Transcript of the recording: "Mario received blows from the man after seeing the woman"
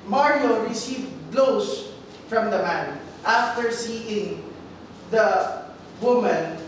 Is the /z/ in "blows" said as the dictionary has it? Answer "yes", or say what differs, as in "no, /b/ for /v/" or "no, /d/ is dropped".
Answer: no, /s/ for /z/